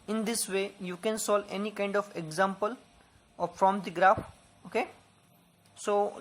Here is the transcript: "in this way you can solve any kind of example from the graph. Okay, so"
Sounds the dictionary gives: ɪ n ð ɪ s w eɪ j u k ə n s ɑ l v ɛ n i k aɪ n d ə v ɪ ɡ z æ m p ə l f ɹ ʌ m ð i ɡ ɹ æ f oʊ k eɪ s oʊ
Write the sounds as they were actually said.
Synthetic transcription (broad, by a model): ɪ n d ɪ s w eɪ j u k ə n s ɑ l ɛ n i k aɪ n d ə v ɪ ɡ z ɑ m p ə l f ɹ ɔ m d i ɡ ɹ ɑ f oʊ k eɪ s oʊ